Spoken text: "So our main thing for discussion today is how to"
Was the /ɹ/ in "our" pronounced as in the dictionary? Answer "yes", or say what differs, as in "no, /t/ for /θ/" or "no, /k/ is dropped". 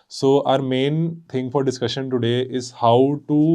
yes